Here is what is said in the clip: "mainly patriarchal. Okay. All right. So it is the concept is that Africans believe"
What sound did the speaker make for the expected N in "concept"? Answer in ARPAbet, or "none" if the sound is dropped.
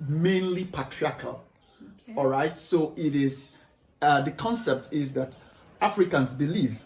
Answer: N